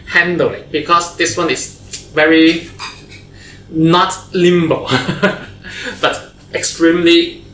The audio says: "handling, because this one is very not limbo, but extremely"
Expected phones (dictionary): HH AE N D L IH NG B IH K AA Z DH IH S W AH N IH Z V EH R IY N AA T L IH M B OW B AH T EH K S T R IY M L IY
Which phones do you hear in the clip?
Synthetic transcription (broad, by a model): HH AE N D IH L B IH K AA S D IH S W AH N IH S V EH R IY N AA T L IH M B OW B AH T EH K S T R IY M L IY